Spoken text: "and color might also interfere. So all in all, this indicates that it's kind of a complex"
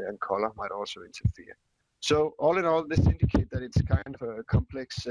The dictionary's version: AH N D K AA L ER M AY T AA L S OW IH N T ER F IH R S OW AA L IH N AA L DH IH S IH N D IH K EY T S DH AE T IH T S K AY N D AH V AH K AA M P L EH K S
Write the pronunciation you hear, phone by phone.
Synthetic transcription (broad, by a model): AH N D K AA L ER M AY T AA L S OW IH N T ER F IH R S OW AA L IH N AA L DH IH S IH N D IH K EY T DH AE T IH T S K AY N D AH V AH K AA M P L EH K S